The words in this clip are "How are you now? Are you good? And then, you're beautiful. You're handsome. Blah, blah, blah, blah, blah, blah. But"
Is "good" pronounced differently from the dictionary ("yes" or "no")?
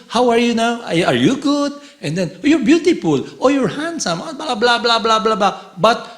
no